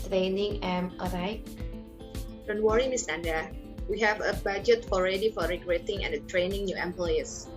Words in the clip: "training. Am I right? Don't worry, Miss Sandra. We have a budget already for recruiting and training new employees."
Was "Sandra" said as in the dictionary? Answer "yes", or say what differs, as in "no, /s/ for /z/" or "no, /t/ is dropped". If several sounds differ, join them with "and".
no, /ɹ/ is dropped